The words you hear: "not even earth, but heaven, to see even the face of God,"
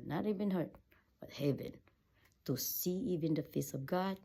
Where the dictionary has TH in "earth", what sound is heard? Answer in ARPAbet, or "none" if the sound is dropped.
T